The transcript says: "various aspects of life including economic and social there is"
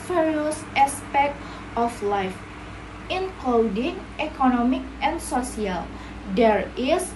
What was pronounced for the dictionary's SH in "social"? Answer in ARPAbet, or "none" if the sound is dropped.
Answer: S